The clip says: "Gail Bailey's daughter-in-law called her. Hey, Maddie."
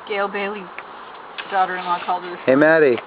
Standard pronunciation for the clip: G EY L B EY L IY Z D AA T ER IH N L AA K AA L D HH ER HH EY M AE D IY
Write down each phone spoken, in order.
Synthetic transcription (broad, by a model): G EY L B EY L IY D AA T ER IH N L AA K AA L D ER HH EY M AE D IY